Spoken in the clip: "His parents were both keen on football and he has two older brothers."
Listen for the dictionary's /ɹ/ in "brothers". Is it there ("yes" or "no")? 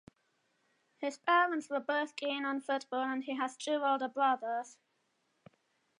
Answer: no